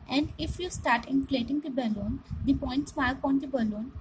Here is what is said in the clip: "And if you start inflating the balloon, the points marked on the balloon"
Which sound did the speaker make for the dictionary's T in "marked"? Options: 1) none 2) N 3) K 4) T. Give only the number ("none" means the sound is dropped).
1